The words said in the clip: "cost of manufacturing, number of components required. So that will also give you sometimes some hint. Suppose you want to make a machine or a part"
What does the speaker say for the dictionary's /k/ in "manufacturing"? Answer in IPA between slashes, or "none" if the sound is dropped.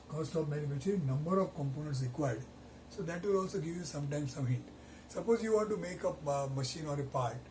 none